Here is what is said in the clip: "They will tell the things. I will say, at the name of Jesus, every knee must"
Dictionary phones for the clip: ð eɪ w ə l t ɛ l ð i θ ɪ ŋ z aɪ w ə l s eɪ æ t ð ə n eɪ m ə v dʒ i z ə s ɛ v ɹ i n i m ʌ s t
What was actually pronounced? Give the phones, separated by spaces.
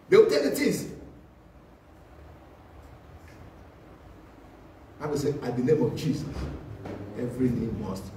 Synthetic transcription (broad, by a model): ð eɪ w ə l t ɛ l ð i t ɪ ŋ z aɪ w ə s eɪ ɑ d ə n eɪ m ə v dʒ i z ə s ɛ v ɹ i n i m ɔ s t